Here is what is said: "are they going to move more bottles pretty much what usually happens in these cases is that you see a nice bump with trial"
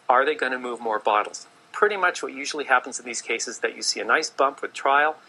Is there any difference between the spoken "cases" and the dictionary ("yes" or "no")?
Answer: yes